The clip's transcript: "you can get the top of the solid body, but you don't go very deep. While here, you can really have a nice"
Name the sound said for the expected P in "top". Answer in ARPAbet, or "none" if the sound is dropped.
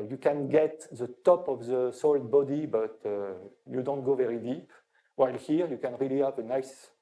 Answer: P